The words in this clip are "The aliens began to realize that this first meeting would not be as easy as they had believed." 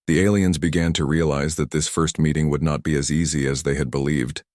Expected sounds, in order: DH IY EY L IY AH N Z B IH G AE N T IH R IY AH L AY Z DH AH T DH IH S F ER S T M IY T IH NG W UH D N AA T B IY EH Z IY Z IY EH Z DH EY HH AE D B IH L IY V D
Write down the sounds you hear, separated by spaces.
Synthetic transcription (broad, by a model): DH IY EY L IY AH N Z B IH G AE N T IH R IY AH L AY Z DH AH T DH IH S F ER S T M IY T IH NG W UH D N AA T B IY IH Z IY Z IY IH Z DH EY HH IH D B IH L IY V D